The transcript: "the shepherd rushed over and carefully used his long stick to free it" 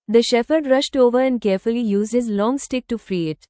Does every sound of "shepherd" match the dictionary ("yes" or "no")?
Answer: no